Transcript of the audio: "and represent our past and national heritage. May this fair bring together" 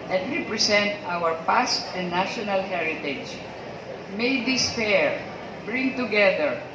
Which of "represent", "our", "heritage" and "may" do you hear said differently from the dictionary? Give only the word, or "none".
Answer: represent